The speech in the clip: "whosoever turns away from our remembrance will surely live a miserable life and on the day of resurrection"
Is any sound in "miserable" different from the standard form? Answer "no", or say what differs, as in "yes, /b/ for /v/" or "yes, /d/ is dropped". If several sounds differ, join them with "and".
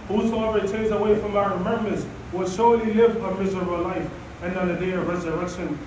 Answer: no